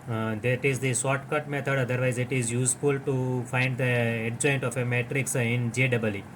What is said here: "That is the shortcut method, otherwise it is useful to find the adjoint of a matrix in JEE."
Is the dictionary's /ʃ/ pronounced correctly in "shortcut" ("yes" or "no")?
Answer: no